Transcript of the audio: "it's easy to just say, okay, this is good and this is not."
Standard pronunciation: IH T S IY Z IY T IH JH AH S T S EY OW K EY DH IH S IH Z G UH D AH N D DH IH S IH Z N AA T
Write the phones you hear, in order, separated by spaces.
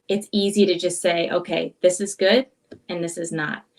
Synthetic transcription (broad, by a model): IH T S IY Z IY T IH JH AH S T S EY OW K EY DH IH S IH Z G UH D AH N DH IH S IH Z N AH T